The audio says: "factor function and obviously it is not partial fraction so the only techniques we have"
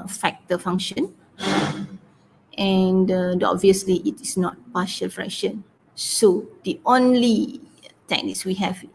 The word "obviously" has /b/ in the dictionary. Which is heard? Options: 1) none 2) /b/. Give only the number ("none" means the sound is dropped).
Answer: 2